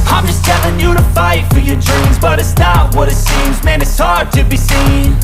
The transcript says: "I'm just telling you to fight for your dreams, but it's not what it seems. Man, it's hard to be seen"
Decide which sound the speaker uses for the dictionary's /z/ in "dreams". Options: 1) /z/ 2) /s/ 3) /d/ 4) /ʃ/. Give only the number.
1